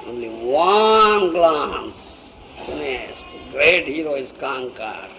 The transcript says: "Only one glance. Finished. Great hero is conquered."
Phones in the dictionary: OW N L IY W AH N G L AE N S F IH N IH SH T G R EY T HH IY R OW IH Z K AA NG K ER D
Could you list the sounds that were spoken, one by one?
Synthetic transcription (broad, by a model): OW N L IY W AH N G L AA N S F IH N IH S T G R EY T HH IY R OW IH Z K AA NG K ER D